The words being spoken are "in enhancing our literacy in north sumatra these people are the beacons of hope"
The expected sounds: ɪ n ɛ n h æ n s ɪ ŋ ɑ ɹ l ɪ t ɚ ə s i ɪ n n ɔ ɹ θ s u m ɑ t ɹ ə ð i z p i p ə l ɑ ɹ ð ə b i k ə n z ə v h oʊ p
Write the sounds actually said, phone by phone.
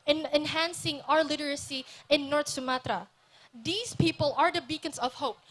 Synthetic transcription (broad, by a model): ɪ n ɛ n h æ n s ɪ ŋ ɑ ɹ l ɪ t ɚ ə s i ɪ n n ɔ ɹ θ s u m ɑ t ɹ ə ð i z p i p ə l ɑ ɹ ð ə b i k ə n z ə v h oʊ p